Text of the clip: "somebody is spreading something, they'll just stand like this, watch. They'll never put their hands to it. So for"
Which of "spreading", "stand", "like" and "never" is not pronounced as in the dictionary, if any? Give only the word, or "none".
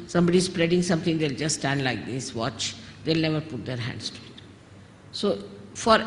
none